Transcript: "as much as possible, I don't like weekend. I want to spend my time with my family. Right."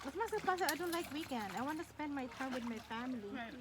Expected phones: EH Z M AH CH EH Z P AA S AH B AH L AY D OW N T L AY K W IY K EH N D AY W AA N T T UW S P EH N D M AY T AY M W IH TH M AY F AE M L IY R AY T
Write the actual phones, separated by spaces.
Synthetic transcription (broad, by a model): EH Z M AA S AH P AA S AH AH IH D OW N T L AY K W IY K EH N D AY W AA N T T UW S P EH N D M AY T AY M W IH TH M AY F AE M L IY